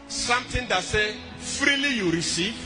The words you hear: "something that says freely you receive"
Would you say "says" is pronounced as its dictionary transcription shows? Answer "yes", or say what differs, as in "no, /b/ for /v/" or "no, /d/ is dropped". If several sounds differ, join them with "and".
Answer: no, /z/ is dropped